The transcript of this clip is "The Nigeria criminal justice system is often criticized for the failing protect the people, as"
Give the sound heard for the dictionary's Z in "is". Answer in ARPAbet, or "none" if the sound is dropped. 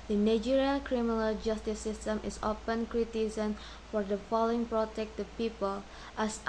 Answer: S